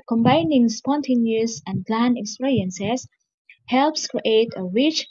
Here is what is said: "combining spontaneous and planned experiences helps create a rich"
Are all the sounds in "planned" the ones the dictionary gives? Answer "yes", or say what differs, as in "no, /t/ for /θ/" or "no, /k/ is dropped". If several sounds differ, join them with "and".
no, /d/ is dropped